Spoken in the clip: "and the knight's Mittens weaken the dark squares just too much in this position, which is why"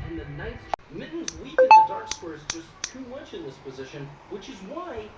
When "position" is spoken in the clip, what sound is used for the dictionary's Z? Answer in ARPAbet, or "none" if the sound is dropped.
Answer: Z